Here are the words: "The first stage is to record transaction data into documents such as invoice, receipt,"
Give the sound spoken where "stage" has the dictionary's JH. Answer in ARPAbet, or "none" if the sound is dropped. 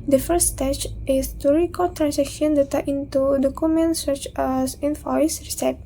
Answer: CH